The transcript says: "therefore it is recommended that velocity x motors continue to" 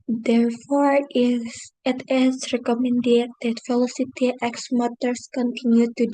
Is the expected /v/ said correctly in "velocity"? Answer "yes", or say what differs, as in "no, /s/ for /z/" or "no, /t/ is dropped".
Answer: no, /f/ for /v/